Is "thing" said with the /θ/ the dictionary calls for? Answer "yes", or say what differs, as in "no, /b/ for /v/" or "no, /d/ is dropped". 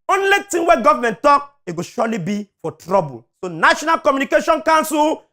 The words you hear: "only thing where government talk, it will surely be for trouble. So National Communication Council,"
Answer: no, /t/ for /θ/